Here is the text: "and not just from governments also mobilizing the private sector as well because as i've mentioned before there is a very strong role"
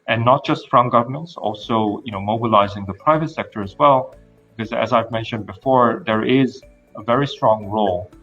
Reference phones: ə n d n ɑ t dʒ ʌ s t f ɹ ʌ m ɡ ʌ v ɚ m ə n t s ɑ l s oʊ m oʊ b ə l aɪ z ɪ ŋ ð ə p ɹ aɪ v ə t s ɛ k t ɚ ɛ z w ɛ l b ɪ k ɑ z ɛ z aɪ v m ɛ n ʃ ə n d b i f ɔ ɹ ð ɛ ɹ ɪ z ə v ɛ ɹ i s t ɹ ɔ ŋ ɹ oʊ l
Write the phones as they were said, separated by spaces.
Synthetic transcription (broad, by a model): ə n n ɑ t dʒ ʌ s t f ɹ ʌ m ɡ ʌ v ɚ m ə n t s ɑ l s oʊ m oʊ b ə l aɪ z ɪ ŋ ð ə p ɹ aɪ v ə t s ɛ k t ɚ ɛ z w ɛ l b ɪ k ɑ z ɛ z aɪ v m ɛ n ʃ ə n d b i f ɔ ɹ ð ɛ ɹ ɪ z ə v ɛ ɹ i s t ɹ ɔ ŋ ɹ oʊ l